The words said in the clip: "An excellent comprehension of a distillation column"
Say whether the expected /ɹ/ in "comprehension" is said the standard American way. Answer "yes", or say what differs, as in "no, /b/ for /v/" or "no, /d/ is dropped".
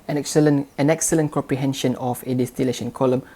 yes